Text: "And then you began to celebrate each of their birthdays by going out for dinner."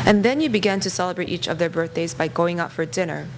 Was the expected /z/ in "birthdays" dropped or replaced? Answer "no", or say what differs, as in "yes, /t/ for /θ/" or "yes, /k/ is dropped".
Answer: no